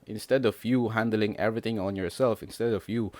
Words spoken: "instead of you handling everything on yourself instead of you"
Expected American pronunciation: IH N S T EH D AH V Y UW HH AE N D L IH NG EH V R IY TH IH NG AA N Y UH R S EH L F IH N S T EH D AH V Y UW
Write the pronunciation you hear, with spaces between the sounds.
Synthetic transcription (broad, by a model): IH N S T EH D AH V Y UW HH AE N D L IH NG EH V R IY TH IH NG AA N Y UH R S EH L F IH N S T EH D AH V Y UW